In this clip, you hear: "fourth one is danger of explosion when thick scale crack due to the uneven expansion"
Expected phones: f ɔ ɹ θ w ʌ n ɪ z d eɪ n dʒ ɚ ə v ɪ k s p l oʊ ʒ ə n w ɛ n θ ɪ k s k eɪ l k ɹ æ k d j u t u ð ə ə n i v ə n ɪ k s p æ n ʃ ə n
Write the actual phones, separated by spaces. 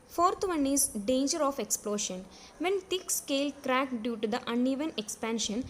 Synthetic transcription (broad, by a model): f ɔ ɹ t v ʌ n ɪ z d eɪ n dʒ ɚ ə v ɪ k s p l oʊ ʃ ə n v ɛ n t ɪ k s k eɪ l k ɹ æ k d j u t u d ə ə n i v ə n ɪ k s p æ n ʃ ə n